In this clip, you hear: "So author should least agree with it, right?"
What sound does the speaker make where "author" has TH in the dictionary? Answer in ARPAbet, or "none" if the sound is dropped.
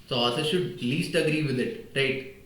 S